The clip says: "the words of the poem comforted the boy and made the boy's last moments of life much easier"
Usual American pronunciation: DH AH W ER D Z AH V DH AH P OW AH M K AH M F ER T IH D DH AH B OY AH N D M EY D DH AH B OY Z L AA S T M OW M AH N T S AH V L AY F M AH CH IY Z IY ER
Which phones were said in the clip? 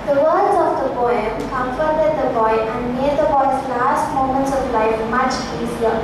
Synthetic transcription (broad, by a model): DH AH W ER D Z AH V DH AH B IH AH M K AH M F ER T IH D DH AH B OY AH N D M EY D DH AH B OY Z L AA S T M OW M AH N T S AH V L AY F M AH CH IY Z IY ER